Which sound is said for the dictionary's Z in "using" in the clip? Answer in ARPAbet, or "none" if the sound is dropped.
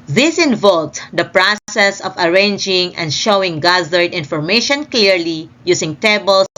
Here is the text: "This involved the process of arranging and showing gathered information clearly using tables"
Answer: S